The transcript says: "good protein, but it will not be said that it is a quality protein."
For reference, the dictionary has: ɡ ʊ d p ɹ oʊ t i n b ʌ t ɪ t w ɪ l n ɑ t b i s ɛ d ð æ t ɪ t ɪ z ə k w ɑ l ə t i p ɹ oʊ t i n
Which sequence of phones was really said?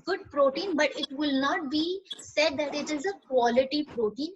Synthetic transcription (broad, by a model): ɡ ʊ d p ɹ oʊ t i n b ʌ t ɪ t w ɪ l n ɑ t b i s ɛ d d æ t ɪ t ɪ z ə k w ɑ l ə t i p ɹ oʊ t i n